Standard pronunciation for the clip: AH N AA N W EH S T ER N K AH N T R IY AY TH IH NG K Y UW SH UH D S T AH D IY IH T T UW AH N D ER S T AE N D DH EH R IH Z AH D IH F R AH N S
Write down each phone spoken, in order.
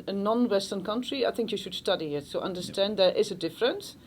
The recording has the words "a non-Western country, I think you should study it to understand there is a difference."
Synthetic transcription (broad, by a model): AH N AA N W EH S T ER N K AH N T R IY AY TH IH NG K Y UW SH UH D S T AH D IY IH T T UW AH N D ER S T AE N D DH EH R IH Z AH D IH F R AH N S